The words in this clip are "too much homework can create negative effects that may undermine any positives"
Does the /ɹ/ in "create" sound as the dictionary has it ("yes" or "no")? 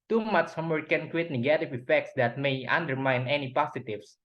no